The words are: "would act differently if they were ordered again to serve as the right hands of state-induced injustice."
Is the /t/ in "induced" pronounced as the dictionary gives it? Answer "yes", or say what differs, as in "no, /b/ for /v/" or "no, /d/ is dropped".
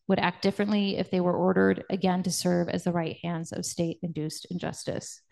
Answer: yes